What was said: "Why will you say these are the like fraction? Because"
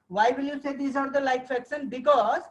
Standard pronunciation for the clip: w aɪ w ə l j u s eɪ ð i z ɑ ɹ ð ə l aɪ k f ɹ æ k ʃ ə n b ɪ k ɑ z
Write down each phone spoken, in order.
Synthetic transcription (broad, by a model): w aɪ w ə l j u s eɪ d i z ɑ ɹ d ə l aɪ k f ɛ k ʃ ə n b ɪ k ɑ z